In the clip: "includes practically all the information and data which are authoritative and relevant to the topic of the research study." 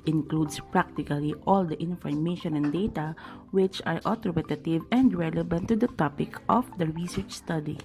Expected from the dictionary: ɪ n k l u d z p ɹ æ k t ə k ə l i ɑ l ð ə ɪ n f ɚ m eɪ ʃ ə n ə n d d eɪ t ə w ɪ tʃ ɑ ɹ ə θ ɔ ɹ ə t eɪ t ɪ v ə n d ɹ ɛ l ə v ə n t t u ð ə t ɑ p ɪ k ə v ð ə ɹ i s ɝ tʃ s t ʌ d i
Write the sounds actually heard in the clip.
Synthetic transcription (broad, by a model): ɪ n k l u d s p ɹ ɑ k t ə k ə l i ɑ l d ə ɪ n f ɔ m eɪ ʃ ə n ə n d d eɪ t ə w ɪ tʃ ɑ ɹ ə t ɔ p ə t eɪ t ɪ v ə n d ɹ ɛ l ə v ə n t t u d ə t ɑ p ɪ k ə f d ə ɹ i s ɝ tʃ s t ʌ d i